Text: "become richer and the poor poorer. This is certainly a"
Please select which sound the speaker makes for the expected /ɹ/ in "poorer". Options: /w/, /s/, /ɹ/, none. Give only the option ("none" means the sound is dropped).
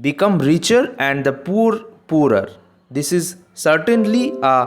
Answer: /ɹ/